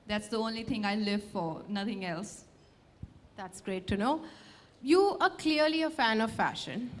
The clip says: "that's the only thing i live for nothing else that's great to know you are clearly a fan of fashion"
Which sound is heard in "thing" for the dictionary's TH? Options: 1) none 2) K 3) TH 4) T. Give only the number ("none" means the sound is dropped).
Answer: 4